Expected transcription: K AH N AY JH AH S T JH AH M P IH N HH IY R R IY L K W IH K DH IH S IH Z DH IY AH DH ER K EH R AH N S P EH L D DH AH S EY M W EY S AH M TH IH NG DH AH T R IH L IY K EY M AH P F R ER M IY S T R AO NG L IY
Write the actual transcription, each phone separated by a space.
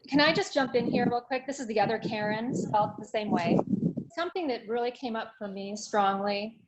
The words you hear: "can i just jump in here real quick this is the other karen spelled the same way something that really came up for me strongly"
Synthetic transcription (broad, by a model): K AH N AY JH AH S JH AH M P IH N HH IY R R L K W IH K DH IH S IH Z DH IY AH DH ER K EH R AH N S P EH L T DH AH S EY M W EY S AH M TH IH NG DH AH T R IH L IY K EY M AH P F R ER M IY S T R AO NG L IY